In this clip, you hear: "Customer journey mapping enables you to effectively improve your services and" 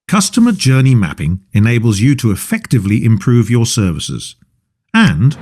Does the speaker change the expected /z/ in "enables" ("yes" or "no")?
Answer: no